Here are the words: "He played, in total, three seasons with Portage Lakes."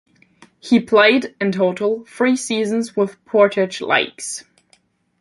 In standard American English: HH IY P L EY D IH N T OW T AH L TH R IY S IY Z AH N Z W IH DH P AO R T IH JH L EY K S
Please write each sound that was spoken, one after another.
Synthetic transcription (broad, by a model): HH IY P L EY D IH N T OW T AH L F R IY S IY Z AH N Z W IH DH P AO R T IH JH L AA K S